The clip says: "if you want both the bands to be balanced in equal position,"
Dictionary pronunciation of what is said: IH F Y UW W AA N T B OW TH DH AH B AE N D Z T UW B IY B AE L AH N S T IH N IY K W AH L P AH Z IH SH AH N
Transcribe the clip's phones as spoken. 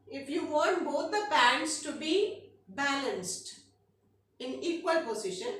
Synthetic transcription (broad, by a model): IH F Y UW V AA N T B OW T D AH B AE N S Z T UW B IY B AE L AH N S T IH N IY K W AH L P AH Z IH SH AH N